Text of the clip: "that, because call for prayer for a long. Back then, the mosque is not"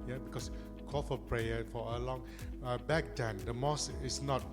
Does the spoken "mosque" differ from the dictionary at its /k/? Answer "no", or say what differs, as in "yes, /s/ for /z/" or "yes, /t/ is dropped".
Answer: yes, /k/ is dropped